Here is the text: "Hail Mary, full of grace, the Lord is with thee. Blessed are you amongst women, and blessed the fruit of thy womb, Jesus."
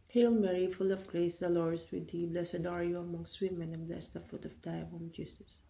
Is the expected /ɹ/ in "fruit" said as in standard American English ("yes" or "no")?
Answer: no